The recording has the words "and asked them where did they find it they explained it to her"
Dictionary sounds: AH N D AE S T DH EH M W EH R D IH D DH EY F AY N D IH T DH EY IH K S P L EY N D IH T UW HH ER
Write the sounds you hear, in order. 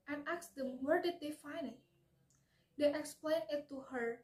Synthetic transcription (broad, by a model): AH N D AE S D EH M W EH R D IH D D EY F AY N IH T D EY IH K S P L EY N IH T UW HH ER